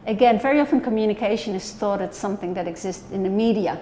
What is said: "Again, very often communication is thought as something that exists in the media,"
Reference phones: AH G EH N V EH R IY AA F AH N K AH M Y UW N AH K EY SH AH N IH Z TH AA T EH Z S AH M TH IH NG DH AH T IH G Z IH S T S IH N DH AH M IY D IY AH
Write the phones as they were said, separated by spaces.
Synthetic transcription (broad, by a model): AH G EH N V EH R IY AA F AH N K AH M Y UW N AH K EY SH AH N IH Z TH AA T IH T S AH M TH IH NG DH AH T IH G Z IH S T S IH N DH AH M IY D IY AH